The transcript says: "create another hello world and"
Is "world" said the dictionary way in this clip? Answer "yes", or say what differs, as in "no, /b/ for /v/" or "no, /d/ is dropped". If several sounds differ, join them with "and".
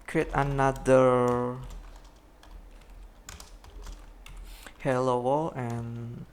no, /d/ is dropped